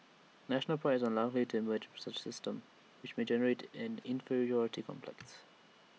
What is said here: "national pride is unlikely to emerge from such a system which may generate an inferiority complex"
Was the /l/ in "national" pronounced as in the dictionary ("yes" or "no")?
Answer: yes